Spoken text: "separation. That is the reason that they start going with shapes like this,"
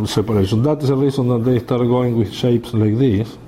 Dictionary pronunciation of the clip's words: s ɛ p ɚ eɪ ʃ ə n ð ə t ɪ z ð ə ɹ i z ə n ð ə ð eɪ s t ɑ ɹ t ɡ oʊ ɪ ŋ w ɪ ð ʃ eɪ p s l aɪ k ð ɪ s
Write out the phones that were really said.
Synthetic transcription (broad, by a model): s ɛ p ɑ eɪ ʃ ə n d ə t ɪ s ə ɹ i s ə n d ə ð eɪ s t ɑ ɹ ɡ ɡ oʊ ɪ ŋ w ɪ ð ʃ eɪ p s l aɪ k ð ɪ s